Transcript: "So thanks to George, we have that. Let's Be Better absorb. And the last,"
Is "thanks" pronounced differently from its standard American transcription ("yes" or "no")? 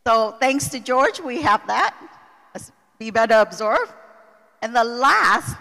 no